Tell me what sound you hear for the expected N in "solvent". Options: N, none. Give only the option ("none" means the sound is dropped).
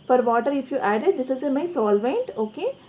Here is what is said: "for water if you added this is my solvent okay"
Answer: N